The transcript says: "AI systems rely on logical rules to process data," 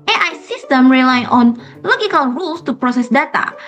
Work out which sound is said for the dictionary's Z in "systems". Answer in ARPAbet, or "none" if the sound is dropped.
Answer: none